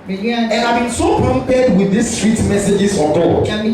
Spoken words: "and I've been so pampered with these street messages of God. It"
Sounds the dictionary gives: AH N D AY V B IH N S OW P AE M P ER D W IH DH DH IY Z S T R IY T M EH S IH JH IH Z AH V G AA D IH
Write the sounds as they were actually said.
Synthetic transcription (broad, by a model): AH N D AY V B IH N S OW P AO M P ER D W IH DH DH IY S T R IY T M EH S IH JH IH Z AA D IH